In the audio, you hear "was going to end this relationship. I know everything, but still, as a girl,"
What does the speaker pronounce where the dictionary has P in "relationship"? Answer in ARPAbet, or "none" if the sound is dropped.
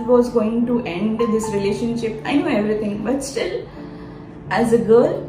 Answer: P